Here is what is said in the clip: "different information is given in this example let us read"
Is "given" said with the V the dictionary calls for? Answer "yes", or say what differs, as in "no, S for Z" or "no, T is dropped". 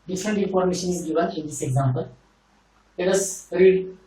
no, B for V